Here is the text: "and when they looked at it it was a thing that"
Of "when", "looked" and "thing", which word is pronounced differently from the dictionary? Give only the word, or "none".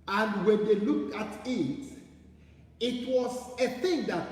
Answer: looked